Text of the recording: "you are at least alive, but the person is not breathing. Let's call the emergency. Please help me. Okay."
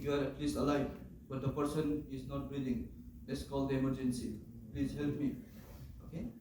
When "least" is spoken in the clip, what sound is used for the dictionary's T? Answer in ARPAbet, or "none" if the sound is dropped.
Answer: none